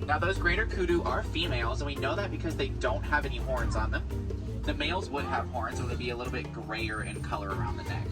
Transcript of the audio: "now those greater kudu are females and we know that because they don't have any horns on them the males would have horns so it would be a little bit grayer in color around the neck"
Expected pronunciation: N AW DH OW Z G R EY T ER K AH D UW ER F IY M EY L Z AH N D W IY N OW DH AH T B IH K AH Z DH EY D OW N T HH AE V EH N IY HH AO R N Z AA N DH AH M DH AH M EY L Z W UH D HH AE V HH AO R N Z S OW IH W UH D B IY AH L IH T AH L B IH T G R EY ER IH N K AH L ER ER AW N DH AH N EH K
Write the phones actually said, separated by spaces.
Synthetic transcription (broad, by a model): N AW DH OW Z G R EY T ER K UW D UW ER F IY M EY L Z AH N W IY N OW DH AH T B IH K AH Z DH EY D OW N T HH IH V EH N IY HH AO R N Z N DH AH M DH AH M EY L Z W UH D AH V HH AO R N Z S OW IH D B IY AH L IH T L B IH T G R EY ER IH N K AH L ER ER AW N DH AH N EH K